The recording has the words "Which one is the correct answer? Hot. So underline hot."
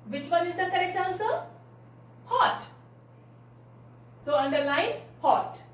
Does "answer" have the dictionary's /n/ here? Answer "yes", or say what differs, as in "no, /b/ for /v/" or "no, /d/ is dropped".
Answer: no, /l/ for /n/